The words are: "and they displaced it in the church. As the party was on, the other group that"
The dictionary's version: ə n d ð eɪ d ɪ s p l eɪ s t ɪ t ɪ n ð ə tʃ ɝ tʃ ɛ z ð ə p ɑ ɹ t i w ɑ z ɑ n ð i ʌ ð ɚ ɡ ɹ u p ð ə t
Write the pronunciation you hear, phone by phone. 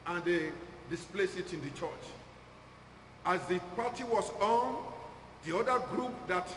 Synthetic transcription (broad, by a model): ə n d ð eɪ d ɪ s p l eɪ s ɪ t ɪ n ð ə tʃ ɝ tʃ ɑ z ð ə p ɑ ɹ t i w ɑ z ɑ n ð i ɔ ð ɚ ɡ ɹ u p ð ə t